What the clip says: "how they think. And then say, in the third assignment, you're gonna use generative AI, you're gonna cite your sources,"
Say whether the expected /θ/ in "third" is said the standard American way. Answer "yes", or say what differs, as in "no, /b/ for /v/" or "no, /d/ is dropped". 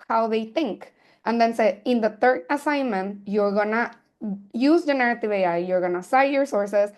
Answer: no, /t/ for /θ/